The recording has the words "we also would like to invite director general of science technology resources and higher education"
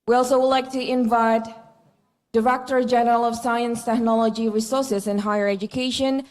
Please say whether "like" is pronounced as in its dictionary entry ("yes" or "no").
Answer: yes